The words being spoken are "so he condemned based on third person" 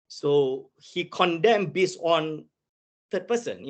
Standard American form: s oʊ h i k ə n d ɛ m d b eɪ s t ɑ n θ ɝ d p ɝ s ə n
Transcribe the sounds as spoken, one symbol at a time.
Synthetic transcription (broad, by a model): s oʊ h i k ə n d ɛ m b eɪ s ɑ n t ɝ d p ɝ s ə n